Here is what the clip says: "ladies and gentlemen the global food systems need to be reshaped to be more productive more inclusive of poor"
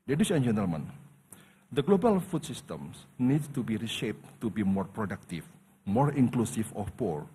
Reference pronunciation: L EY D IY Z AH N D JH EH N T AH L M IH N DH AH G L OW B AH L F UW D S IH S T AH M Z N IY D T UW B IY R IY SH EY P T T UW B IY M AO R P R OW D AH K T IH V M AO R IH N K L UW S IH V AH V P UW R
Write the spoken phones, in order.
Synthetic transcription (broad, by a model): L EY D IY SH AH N JH EH N T AH L M IH N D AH G L OW B AH L F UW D S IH S T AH M S N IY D T UW B IY R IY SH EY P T T UW B IY M AO R P R OW D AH K T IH F M AO R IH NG K L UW S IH F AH F P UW R